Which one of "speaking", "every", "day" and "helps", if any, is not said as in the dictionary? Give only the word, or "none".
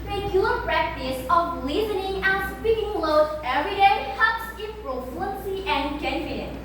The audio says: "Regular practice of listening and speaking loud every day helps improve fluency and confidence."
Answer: helps